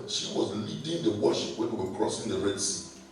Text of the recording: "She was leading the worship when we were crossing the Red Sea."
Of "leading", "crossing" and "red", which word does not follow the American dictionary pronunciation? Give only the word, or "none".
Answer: none